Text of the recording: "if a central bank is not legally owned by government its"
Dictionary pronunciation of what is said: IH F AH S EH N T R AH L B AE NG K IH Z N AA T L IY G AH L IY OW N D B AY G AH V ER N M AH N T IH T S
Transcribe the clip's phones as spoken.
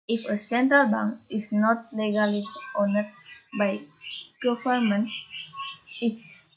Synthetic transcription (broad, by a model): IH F AH S EH N T R AH L B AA NG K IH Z N AA T L IY G AH L IY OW N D B AY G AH F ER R M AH N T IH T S